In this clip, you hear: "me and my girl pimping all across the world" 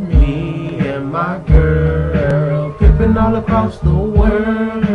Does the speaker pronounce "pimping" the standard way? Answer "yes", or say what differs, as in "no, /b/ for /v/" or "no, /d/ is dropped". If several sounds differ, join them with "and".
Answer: no, /m/ is dropped